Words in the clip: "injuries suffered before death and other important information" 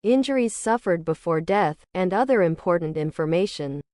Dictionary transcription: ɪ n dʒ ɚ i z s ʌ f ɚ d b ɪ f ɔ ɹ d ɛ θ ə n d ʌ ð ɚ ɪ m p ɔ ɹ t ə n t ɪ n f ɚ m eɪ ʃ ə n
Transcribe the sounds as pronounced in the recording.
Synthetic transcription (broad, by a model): ɪ n dʒ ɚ i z s ʌ f ɚ d b ɪ f ɔ ɹ d ɛ θ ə n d ʌ ð ɚ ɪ m p ɔ ɹ t n t ɪ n f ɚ m eɪ ʃ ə n